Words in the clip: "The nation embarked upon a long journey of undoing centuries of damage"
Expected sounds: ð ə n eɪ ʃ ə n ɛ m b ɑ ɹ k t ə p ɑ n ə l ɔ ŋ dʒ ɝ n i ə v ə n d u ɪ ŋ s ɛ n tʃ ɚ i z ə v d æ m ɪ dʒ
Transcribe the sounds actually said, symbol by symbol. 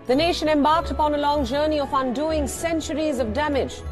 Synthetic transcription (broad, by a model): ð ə n eɪ ʃ ə n ɛ m b ɑ ɹ k t ə p ɑ n ə l ɔ ŋ dʒ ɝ n i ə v ə n d u ɪ ŋ s ɛ n tʃ ɚ i z ə v d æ m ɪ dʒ